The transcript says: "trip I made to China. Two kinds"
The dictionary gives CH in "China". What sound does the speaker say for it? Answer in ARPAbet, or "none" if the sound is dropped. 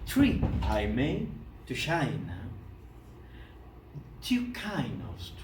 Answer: SH